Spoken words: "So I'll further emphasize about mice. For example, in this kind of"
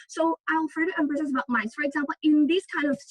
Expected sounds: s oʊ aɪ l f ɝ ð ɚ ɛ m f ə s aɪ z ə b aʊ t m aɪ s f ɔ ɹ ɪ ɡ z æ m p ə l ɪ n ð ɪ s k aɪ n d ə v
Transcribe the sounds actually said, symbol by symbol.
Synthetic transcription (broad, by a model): s oʊ aɪ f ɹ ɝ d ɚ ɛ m p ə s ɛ s ə b aʊ t m aɪ s f ɔ ɹ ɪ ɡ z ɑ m p ə l ɪ n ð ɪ s k aɪ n d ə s